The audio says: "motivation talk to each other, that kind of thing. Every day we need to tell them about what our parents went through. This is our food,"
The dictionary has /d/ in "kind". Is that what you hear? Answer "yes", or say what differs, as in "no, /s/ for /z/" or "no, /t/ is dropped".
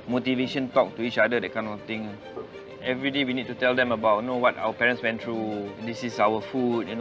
no, /d/ is dropped